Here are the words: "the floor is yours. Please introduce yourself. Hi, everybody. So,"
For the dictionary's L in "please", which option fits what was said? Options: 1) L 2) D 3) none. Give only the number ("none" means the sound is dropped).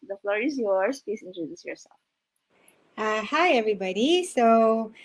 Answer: 3